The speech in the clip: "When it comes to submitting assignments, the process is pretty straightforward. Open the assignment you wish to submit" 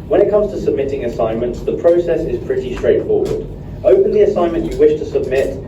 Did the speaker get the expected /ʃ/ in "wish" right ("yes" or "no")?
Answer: yes